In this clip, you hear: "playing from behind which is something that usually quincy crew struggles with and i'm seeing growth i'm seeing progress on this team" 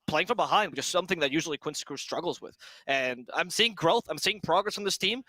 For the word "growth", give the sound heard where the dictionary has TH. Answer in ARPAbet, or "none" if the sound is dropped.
TH